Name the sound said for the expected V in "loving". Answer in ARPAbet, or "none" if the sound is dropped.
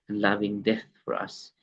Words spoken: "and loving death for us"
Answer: V